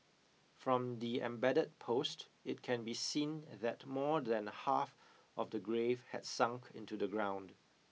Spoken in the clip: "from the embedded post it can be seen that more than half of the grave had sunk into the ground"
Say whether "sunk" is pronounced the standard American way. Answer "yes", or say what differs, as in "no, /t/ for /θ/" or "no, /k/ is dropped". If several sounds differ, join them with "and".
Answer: yes